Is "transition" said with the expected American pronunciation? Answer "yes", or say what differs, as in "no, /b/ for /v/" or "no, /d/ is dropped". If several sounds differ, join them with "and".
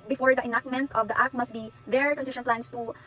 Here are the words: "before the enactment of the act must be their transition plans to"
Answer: no, /s/ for /z/